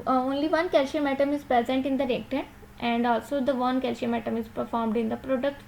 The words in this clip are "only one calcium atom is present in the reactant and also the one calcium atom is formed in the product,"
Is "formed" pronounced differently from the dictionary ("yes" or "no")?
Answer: no